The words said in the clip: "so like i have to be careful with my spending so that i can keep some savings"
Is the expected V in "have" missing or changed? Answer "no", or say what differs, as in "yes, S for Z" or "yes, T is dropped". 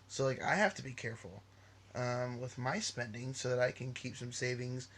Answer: yes, F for V